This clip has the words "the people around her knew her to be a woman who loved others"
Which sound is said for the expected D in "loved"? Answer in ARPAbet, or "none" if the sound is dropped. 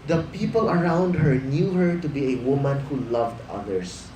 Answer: D